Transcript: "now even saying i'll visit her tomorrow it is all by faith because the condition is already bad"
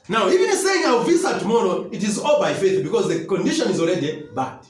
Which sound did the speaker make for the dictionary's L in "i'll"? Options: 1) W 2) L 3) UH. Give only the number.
1